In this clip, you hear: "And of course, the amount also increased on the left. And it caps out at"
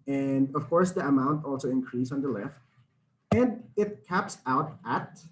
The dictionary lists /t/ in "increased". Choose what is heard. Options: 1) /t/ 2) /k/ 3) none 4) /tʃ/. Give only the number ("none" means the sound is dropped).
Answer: 3